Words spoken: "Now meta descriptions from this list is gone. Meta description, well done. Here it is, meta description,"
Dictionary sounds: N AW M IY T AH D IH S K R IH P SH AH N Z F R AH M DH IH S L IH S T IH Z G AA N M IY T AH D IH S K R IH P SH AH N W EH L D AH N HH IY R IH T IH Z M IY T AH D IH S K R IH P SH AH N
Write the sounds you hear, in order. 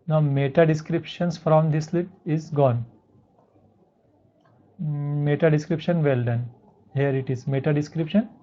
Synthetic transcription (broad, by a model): N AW M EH T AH D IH S K R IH P SH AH N S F R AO M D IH S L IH T IH Z G AA N M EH T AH D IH S K R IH P SH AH N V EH L D AH N HH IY R IH T IH Z M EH T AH D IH S K R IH P SH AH N